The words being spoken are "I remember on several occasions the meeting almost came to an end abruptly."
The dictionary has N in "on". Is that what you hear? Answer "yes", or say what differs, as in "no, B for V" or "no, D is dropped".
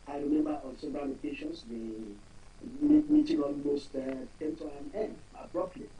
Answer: no, L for N